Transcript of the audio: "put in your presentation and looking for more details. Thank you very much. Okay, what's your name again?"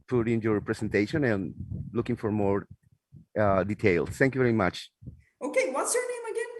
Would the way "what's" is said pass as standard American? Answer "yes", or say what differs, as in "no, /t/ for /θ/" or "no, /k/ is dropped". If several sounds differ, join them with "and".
yes